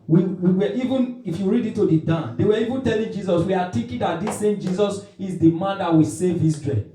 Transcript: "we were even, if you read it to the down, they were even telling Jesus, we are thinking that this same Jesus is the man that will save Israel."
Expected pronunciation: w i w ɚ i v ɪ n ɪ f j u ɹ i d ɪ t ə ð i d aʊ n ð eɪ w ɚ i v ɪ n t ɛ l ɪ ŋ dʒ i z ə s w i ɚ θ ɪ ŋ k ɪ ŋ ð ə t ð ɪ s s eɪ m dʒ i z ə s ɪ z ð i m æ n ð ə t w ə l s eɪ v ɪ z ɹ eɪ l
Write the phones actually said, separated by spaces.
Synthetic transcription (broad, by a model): w i w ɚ i v ɪ n ɪ f j u ɹ i d ɪ t ə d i d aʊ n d eɪ w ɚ i v ɪ n t ɛ l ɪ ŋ dʒ i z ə s w i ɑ t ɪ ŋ k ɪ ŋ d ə t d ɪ s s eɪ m dʒ i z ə s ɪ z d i m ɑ n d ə t w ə s eɪ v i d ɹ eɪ